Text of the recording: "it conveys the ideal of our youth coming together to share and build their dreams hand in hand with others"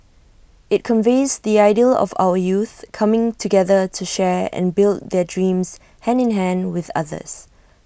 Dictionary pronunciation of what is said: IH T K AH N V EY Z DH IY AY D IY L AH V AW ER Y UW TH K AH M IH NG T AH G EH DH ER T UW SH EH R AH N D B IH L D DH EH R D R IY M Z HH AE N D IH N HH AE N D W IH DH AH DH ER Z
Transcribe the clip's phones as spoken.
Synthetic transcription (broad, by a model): IH T K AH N V EY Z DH IY AY D IY L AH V AW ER Y UW TH K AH M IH NG T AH G EH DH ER T UW SH EH R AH N B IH L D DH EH D R IY M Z HH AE N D IH N HH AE N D W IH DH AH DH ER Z